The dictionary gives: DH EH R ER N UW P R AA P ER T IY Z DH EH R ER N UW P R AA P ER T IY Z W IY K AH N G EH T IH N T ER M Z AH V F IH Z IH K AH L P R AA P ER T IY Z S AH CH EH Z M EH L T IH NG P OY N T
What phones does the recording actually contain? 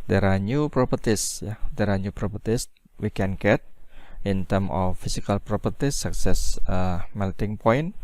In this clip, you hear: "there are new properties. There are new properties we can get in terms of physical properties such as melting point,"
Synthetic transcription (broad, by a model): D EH R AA N UW P R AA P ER T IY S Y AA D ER N UW P R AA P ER T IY S W IY K AH N G EH T IH N T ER M AH F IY S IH K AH L P R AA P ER T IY S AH S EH S M EH L T IH NG P OY N